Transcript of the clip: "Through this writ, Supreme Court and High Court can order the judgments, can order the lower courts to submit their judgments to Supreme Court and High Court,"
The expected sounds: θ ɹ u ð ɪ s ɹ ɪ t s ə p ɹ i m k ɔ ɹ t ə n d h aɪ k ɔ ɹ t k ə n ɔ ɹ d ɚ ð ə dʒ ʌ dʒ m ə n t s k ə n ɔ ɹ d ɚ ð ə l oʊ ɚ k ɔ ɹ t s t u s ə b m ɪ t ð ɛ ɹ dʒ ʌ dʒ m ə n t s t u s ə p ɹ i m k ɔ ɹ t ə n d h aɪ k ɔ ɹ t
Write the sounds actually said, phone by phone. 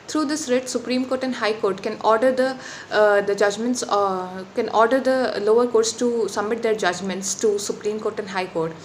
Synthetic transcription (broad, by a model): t ɹ u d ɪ s ɹ ɪ t s ə p ɹ i m k ɔ ɹ t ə n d h aɪ k ɔ ɹ t k ə n ɔ ɹ d ɚ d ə dʒ ʌ dʒ m ə n t s k ə n ɔ ɹ d ɚ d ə l oʊ ɚ k ɔ ɹ t s t u s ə m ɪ t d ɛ ɹ dʒ ʌ dʒ m ə n t s t u s ə p ɹ i m k ɔ ɹ t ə n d h aɪ k ɔ ɹ t